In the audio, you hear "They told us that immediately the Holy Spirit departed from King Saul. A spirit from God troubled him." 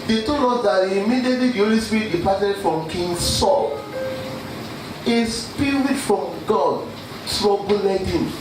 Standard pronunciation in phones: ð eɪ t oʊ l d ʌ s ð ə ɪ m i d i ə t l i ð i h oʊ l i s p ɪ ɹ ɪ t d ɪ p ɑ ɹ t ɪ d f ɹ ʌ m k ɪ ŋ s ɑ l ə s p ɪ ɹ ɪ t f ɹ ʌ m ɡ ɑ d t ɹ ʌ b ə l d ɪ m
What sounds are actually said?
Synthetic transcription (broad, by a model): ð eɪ t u d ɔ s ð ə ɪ m i d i t l i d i h oʊ l i s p ɹ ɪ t d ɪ p ɑ t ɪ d f ɹ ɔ m k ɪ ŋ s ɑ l ə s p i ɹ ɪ f ɹ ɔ m ɡ ɑ d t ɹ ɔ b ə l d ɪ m